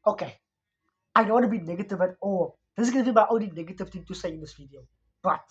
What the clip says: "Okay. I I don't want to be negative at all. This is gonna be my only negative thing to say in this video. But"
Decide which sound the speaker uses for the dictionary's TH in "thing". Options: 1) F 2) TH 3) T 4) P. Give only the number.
3